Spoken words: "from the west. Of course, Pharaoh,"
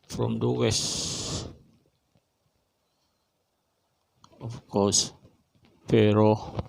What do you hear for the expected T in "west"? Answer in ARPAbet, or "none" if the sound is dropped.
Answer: none